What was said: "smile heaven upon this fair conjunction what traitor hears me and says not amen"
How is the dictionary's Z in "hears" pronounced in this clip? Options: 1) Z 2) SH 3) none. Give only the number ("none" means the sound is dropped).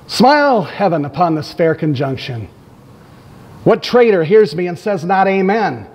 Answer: 1